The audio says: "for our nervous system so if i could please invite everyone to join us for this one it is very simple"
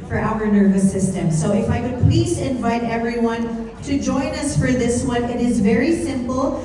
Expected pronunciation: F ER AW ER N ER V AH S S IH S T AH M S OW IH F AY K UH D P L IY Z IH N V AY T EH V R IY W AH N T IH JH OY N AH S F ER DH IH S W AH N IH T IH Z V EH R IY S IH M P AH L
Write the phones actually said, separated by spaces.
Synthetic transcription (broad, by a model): F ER AW ER N ER V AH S S IH S T AH M S OW IH F AY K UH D P L IY Z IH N V AY T EH V R IY W AH N T IH JH OY N AH S F ER DH IH S W AH N IH T IH Z V EH R IY S IH M P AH L